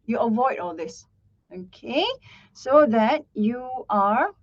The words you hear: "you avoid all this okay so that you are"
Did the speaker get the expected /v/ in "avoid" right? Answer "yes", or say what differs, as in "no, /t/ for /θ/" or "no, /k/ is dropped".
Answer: yes